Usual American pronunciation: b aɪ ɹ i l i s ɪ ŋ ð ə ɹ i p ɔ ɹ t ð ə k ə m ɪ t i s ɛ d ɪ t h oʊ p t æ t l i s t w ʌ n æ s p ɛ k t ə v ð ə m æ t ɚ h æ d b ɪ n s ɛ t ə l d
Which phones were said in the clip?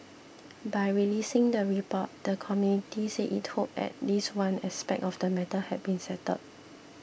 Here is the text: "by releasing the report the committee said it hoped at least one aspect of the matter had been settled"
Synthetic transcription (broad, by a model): b aɪ ɹ i l i s ɪ ŋ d ə ɹ i p ɔ t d ə k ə m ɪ t i s ɛ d ɪ t h oʊ p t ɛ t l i s w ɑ n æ s p ɛ k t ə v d ə m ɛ t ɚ h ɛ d b ɪ n s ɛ t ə d